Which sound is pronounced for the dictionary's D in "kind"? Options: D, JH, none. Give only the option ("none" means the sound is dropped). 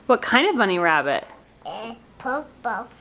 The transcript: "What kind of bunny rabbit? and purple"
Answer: D